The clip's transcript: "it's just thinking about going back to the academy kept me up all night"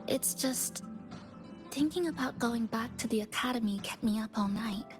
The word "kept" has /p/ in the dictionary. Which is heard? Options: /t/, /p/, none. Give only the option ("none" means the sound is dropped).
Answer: none